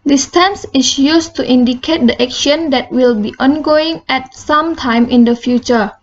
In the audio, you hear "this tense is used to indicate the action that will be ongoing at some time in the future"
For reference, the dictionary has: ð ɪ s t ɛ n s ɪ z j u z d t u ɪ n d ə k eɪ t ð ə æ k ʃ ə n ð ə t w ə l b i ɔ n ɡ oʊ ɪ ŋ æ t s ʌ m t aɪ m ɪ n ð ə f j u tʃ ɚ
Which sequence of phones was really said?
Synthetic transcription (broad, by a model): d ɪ s t ɛ n s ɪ s j u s t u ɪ n d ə k eɪ t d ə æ k ʃ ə n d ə t w ə l b i ɔ n ɡ oʊ ɪ ŋ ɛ t s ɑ m t aɪ m ɪ n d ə f j u tʃ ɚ